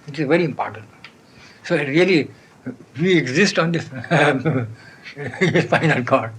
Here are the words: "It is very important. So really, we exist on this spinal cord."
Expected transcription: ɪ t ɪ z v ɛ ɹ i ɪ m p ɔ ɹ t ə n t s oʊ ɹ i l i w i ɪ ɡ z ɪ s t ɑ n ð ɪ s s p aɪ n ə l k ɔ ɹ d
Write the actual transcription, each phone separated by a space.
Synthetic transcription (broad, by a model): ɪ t ɪ z v ɛ ɹ i ɪ m p ɔ ɹ t ə n t s oʊ ɹ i l i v i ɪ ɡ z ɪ s t ɑ n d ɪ s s f aɪ n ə l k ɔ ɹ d